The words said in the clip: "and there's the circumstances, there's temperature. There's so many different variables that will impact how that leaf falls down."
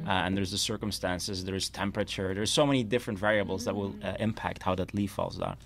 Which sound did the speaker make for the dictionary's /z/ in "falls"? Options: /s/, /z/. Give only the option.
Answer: /z/